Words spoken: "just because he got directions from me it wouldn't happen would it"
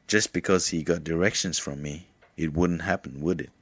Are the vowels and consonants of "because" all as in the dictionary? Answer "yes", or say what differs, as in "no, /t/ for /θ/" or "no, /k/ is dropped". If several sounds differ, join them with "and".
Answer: yes